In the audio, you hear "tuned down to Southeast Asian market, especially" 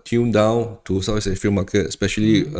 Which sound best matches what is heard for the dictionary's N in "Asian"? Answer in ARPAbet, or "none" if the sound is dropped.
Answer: L